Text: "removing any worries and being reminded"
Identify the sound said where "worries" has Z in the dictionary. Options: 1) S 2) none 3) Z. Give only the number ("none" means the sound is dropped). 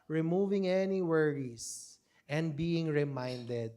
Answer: 1